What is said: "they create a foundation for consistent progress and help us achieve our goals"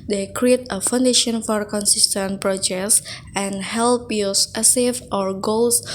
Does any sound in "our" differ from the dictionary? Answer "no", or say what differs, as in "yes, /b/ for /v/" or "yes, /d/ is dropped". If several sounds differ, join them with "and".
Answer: no